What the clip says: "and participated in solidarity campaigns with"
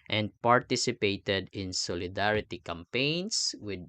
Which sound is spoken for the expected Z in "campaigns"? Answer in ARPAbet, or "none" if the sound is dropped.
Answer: S